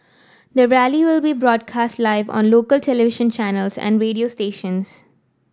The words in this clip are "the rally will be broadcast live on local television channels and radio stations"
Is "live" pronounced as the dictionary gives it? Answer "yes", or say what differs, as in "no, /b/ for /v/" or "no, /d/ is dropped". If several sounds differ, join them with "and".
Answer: yes